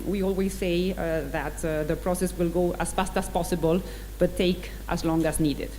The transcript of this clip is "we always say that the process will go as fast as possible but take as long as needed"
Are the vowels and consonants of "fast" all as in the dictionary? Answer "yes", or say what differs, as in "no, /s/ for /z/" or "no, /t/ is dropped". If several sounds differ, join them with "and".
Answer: yes